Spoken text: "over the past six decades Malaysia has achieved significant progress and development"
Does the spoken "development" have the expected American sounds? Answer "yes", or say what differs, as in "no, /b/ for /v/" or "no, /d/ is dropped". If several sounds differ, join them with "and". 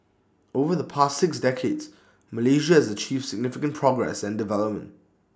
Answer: yes